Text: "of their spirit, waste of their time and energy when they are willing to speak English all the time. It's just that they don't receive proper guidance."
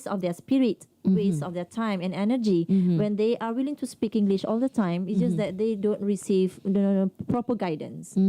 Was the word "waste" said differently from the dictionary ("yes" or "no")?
yes